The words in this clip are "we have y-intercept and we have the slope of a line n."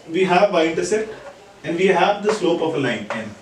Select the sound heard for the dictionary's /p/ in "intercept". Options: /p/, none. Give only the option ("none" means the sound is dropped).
none